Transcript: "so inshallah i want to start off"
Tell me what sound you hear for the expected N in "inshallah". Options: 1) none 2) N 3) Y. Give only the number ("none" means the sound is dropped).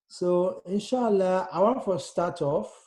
2